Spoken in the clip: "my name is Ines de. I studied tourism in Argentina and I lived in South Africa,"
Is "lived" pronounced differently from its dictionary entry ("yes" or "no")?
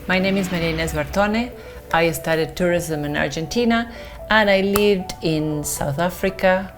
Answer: no